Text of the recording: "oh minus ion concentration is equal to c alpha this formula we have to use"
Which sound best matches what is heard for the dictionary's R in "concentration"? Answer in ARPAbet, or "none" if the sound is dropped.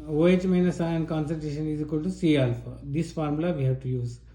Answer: none